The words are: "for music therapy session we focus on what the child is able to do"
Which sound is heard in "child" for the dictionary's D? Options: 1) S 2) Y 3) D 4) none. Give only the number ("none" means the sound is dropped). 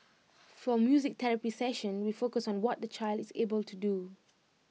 3